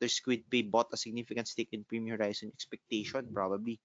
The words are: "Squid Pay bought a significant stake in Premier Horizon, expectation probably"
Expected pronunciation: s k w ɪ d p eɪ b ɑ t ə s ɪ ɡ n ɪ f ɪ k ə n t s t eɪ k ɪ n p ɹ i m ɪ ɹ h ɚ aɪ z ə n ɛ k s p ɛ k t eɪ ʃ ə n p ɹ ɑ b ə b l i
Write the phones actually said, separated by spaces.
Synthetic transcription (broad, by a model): s k w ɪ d p eɪ b ɑ t ə s ɪ ɡ n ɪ f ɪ k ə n t s t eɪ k ɪ n p ɹ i m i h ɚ aɪ s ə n ɛ k s p ɛ k t eɪ ʃ ə n p ɹ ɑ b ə b l i